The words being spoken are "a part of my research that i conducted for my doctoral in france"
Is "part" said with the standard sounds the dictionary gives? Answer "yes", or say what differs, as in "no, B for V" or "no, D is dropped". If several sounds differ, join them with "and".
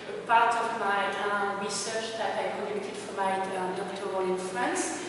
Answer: yes